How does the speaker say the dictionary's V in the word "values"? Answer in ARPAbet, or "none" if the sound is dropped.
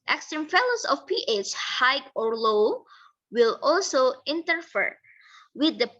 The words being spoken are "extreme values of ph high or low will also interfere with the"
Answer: F